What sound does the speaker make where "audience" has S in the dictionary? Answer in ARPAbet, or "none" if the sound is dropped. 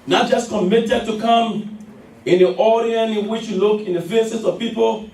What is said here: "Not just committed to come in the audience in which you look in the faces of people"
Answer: none